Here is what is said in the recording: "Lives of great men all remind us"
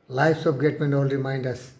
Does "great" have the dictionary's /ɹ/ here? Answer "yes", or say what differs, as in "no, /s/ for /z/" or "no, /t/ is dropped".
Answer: no, /ɹ/ is dropped